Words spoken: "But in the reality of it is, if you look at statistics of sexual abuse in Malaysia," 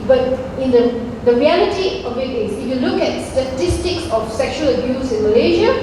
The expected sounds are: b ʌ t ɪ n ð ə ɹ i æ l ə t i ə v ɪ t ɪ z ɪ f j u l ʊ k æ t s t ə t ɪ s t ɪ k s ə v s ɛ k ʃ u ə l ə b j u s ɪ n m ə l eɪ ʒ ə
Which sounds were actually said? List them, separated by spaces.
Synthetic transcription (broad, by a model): b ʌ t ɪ n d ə ɹ i æ l ə t i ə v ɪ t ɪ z ɪ f j u l ʊ k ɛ t s t ə t ɪ s t ɪ k s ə f s ɛ k ʃ u ə l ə b j u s ɪ n m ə l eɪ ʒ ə